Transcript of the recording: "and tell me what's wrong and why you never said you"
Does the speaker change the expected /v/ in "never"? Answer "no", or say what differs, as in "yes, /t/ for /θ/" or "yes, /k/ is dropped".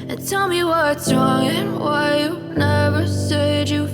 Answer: no